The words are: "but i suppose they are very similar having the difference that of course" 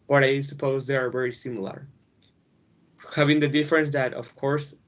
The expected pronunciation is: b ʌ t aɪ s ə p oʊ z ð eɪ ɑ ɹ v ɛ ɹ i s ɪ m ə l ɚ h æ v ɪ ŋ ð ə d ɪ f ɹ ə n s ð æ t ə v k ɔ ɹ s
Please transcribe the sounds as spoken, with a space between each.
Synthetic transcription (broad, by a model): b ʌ t aɪ s ə p oʊ z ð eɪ ɑ ɹ v ɛ ɹ i s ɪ m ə l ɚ h æ v ɪ ŋ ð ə d ɪ f ɹ ə n s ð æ t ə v k ɔ ɹ s